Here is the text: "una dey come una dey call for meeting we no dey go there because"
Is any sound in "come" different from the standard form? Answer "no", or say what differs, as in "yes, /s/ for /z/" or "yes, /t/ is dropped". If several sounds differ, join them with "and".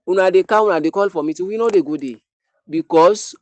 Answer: yes, /m/ is dropped